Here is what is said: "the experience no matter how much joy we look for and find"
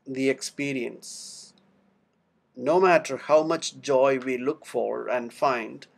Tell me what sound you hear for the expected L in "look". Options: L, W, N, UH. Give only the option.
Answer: L